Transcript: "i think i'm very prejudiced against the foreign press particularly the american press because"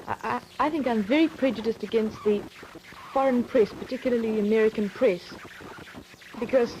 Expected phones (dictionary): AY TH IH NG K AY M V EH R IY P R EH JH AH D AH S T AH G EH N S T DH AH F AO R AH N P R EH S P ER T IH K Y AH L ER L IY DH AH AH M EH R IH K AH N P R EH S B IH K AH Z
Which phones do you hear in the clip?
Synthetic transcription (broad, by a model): AY TH IH NG K AY M V EH R IY P R EH JH AH D AH S T AH G EH N S T DH AH F AO R AH N P R EH S P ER T IH K Y L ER L IY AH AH M EH R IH K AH N P R EH S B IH K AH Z